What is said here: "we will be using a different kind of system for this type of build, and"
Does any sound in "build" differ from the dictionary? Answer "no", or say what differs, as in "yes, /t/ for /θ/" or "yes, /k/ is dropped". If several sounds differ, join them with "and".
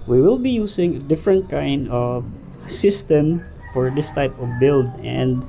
no